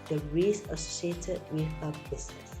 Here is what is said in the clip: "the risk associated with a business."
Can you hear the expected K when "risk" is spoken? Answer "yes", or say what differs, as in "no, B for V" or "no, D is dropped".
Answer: no, K is dropped